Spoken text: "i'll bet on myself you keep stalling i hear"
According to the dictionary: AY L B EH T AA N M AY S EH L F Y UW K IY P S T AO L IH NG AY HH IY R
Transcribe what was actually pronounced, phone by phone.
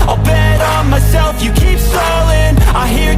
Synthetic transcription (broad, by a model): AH B EH T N M AY S EH L F Y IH K IY P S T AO L IH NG AY HH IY R